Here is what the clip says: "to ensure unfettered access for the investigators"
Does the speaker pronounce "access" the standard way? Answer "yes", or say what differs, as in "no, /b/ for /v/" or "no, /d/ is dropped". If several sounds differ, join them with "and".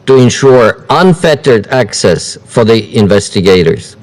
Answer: yes